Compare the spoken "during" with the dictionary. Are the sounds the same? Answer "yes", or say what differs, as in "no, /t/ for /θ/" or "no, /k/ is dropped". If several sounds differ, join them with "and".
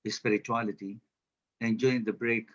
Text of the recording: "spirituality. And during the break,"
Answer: no, /ɹ/ is dropped